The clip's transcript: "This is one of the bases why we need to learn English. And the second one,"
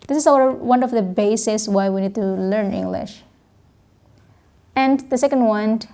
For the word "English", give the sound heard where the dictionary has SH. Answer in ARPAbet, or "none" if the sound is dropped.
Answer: SH